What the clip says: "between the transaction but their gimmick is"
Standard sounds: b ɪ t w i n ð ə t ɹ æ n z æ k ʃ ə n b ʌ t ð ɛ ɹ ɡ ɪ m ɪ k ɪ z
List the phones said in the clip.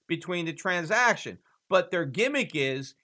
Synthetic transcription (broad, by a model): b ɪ t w i n ð ə t ɹ æ n z æ k ʃ ə n b ʌ t ð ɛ ɹ ɡ ɪ m ɪ k ɪ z